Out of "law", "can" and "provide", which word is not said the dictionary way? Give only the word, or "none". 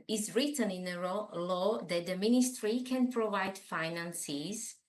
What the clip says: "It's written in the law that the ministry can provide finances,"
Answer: none